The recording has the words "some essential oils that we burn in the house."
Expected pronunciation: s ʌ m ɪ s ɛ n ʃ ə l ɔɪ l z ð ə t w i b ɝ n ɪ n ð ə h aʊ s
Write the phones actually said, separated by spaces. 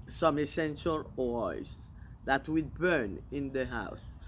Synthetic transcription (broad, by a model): s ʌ m ɪ s ɛ n ʃ ə l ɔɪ z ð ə t w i b ɝ n ɪ n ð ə h aʊ s